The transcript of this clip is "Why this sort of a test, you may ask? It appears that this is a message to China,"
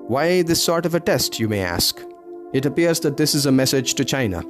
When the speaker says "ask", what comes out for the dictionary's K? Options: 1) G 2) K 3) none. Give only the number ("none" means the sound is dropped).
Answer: 2